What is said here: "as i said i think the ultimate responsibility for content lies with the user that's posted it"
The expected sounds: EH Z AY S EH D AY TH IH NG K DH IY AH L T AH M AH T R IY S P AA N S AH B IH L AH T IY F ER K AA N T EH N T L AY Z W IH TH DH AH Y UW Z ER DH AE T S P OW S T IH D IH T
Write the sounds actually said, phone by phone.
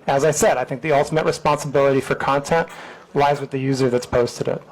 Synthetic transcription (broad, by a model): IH Z AY S EH D AY TH IH NG K DH IY AH L T AH M AH T R IY S P AA N S AH B IH L AH T IY F ER K AA N T EH N T L AY Z W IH DH AH Y UW Z ER DH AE T S P OW S T IH D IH T